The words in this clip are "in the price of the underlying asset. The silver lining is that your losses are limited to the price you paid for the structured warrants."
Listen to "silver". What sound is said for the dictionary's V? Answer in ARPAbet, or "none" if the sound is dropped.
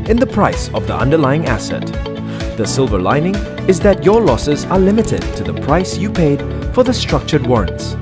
V